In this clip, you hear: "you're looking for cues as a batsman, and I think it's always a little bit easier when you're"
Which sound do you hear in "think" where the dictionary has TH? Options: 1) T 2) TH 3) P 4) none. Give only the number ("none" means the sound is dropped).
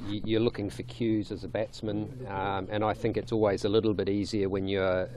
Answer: 2